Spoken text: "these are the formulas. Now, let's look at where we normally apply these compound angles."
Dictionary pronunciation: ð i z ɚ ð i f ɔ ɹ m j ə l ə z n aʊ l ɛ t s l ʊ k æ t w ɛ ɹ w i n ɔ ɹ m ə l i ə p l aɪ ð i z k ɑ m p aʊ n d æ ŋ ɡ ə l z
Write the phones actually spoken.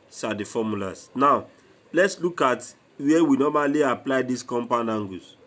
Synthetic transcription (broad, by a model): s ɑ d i f ɔ m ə l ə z n aʊ l ɛ t s l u k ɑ t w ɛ w i n ɔ m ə l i ə p l aɪ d i s k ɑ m p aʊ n ɑ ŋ ɡ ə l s